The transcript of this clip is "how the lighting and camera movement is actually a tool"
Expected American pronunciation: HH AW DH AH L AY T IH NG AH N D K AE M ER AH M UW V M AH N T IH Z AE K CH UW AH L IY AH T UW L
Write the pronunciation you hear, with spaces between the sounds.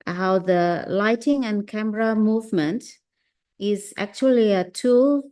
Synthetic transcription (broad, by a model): HH AW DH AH L AY T IH NG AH N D K AE M ER AH M UW V M AH N T IH Z AE K CH UW AH L IY AH T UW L